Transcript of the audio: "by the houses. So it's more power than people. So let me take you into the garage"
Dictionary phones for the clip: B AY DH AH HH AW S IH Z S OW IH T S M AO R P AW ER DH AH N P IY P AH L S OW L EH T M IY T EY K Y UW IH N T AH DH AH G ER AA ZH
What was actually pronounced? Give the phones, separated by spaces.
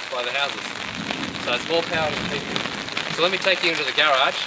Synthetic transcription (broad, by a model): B AY DH AH HH AW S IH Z S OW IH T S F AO L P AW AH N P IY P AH S OW L EH T M IY T EY K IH IH N T AH DH AH G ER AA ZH